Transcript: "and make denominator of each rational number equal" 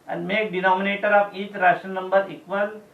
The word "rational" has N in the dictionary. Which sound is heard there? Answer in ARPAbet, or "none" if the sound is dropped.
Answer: none